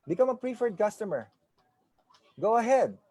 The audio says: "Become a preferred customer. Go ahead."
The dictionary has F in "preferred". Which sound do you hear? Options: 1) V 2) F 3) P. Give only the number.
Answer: 2